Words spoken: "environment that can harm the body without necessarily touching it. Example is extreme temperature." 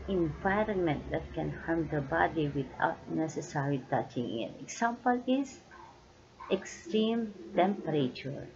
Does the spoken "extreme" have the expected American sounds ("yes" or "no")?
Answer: yes